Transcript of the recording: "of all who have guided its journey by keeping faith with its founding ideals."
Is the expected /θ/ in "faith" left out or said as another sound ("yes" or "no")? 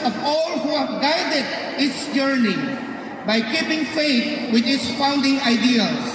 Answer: yes